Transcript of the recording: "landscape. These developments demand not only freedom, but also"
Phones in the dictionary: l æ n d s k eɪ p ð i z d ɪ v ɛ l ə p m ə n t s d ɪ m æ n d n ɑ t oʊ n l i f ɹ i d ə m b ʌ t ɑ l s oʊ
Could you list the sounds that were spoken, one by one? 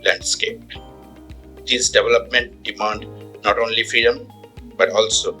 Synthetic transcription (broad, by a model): l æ n d s k eɪ p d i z d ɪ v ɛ l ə p m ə n t d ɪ m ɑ n d n ɑ t oʊ n l i f ɹ i d ə m b ʌ t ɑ l s oʊ